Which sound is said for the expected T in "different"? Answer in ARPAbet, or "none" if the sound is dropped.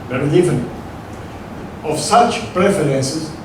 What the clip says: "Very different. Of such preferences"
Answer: none